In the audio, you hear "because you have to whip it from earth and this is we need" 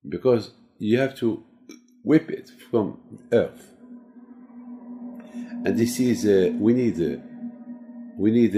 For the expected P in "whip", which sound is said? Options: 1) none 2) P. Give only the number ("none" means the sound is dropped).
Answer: 2